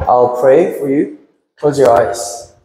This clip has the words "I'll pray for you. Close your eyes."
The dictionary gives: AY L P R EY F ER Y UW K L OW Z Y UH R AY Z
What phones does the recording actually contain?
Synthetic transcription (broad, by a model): AY L P R EY F ER Y UW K OW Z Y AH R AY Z